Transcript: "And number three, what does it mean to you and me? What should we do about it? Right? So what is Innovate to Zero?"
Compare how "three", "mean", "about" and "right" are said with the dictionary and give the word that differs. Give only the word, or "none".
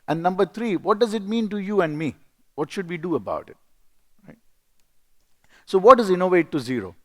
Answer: three